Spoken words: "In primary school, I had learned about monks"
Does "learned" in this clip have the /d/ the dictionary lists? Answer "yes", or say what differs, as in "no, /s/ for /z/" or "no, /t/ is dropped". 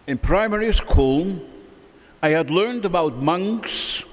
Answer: yes